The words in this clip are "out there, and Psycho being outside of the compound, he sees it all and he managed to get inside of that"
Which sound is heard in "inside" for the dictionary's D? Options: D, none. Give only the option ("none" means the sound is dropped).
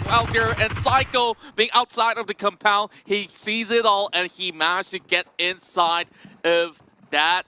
D